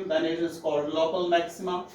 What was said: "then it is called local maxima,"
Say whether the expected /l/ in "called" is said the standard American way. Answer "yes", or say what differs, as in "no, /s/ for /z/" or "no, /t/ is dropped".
no, /l/ is dropped